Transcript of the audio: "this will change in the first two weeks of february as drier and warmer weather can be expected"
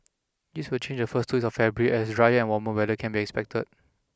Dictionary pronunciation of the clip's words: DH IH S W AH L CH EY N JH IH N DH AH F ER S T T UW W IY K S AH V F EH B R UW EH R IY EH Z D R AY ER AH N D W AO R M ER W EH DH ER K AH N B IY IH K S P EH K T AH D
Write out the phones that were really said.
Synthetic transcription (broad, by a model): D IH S W AH L CH EY N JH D AH F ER S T T UW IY S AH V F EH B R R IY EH S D R AY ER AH N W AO M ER W EH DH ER K AH N B IY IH K S P EH K T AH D